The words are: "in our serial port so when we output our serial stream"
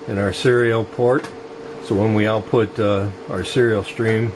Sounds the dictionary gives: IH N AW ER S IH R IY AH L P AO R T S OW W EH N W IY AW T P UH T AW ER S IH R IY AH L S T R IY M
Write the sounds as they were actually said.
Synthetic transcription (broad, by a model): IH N AW ER S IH R IY L P AO R T S OW W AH N W IY AW T P UH T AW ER S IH R IY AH L S T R IY M